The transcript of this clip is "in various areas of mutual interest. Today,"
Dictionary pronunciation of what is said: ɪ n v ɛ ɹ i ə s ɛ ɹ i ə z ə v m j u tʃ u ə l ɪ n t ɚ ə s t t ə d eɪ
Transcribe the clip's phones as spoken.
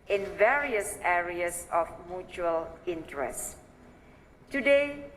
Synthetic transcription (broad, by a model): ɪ n v ɛ ɹ i ə s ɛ ɹ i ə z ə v m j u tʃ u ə l ɪ n t ɚ ə s t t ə d eɪ